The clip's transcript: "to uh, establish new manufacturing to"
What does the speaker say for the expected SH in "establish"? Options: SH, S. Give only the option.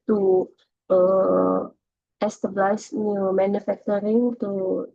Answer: S